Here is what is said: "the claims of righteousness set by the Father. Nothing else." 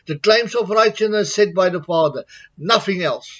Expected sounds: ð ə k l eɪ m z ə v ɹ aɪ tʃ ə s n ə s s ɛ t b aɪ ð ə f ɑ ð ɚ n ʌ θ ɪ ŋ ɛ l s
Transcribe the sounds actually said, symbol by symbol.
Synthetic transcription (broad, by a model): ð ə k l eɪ m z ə p ɹ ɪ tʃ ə n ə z s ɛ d b aɪ ð ə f ɑ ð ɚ n ʌ θ ɪ ŋ ɛ l s